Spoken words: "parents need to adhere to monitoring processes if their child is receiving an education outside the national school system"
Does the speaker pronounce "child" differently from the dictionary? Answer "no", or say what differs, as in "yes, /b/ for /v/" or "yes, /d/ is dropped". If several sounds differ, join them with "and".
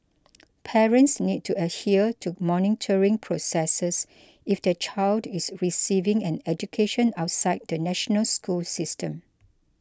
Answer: no